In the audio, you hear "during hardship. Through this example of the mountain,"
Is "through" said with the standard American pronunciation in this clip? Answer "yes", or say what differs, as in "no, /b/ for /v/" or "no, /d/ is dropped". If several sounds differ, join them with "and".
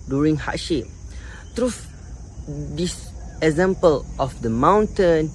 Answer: no, /t/ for /θ/